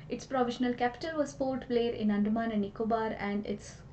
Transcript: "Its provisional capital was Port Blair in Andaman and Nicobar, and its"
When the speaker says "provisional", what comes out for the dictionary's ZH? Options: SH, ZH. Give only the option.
SH